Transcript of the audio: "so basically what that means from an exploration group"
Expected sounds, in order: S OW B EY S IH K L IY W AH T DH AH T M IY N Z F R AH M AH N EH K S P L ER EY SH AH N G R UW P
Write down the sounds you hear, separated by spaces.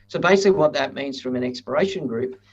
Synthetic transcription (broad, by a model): S OW B EY S IH K L IY W AH T DH AH T M IY N Z F R AH M AH N EH K S P ER EY SH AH N G R UW P